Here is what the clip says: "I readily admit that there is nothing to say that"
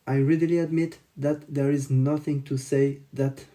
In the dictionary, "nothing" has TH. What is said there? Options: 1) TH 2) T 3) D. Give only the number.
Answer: 1